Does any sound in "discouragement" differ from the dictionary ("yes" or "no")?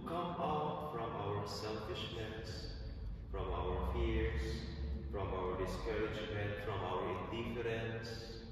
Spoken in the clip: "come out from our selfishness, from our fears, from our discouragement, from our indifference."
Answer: no